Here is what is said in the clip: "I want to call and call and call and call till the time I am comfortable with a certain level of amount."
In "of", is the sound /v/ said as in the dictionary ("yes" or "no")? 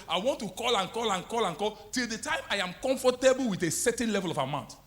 no